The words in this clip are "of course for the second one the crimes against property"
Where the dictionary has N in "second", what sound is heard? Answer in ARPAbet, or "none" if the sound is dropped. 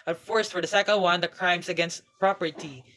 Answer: L